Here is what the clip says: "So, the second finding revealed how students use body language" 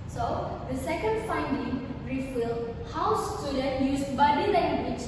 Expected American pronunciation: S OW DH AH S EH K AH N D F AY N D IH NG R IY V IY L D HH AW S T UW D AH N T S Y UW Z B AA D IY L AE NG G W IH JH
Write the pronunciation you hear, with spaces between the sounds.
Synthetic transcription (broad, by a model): S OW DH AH S EH K AH N D F AY N D IH NG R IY F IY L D HH AW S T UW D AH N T Y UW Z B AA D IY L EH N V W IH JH